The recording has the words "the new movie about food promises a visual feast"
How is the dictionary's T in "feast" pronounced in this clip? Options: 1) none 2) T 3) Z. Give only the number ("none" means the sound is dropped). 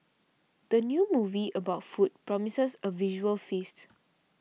2